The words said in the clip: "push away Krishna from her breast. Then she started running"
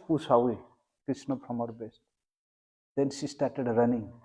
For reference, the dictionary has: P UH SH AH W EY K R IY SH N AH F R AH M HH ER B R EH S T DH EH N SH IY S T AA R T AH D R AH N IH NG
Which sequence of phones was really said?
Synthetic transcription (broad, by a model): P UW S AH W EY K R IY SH N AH P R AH M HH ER B EH S T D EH N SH IY S T AA R T AH D R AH N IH NG